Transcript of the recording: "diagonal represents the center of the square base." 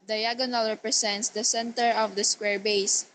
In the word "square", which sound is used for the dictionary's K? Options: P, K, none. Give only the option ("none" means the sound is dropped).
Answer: K